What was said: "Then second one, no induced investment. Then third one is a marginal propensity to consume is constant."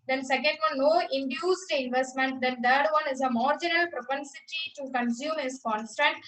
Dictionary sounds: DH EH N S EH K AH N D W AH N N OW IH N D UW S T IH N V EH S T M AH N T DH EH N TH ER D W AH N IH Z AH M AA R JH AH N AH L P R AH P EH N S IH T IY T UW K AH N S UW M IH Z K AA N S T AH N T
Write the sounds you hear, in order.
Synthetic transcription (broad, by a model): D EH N S EH K AH N D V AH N N OW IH N D UW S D IH N V EH S T M AH N T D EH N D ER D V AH N IH Z AH M AA R JH AH N AH L P R AH P EH N S IH T IY T UW K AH N S UW M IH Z K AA N S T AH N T